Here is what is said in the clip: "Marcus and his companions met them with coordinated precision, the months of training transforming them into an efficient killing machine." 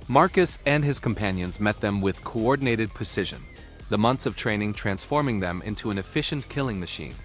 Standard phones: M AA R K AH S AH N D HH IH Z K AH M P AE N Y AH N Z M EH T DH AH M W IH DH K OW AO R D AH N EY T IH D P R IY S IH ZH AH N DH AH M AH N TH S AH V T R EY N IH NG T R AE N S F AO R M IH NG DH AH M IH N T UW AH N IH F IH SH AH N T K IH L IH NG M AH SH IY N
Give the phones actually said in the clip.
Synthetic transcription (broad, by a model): M AA R K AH S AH N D IH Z K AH M P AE N Y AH N Z M EH T DH AH M W IH DH K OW AO R D N EY T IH D P R IY S IH ZH AH N DH AH M AH N TH S AH V T R EY N IH NG T R AE N S F AO R M IH NG DH AH M IH N T UW AH N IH F IH SH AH N K IH L IH NG M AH SH IY N